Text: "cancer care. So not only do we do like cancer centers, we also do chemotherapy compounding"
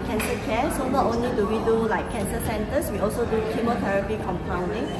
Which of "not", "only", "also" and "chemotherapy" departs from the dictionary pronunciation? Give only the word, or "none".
chemotherapy